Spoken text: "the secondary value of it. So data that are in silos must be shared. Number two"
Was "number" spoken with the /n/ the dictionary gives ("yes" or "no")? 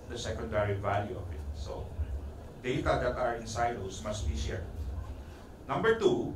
yes